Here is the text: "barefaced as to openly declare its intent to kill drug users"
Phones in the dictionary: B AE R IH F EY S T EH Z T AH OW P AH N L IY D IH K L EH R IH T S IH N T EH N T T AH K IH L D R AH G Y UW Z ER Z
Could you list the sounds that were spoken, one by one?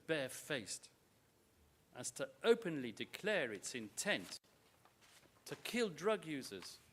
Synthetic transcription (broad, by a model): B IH F EY S T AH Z T AH OW P AH N L IY D IH K L EH R IH T S IH N T EH N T T AH K IH L D R AH G Y UW Z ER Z